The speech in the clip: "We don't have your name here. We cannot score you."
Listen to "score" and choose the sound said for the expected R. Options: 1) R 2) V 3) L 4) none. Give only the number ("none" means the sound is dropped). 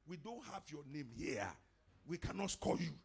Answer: 3